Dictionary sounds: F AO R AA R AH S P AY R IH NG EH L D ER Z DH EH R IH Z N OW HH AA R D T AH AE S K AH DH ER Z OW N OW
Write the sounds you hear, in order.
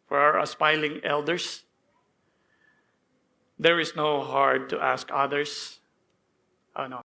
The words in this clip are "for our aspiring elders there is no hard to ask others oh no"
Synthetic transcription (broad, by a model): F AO R AA R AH S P AY L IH NG EH L D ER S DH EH R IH S N OW HH AA R D T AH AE S K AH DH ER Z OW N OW